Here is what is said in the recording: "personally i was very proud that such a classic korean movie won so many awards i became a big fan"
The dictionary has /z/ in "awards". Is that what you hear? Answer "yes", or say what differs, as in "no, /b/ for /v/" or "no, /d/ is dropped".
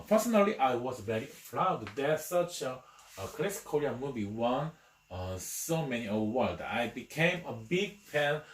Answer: no, /z/ is dropped